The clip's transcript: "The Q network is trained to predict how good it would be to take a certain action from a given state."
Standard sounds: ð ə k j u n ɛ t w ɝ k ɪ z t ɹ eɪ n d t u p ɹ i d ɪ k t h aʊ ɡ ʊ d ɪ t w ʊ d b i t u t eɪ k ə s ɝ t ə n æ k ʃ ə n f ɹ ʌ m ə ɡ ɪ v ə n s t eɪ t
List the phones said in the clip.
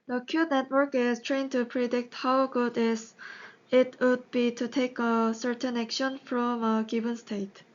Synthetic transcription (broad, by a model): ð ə k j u n ɛ t w ɝ k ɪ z t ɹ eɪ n t u p ɹ i d ɪ k t h aʊ ɡ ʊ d ɪ t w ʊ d b i t u t eɪ k ə s ɝ t ə n æ k ʃ ə n f ɹ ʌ m ə ɡ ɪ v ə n s t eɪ t